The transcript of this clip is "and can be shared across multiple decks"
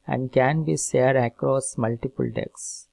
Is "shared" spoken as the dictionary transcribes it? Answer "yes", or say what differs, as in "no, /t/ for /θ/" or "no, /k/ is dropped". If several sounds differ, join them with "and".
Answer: no, /s/ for /ʃ/